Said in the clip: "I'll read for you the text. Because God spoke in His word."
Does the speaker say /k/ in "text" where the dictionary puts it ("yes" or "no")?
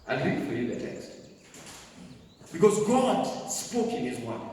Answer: yes